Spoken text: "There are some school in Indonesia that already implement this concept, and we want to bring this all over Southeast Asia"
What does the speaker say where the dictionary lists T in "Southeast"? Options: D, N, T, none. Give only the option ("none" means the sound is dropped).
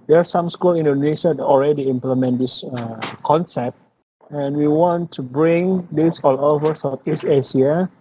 none